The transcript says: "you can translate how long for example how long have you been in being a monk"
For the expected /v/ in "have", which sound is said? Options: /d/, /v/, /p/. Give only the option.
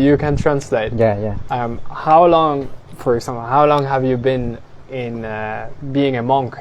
/v/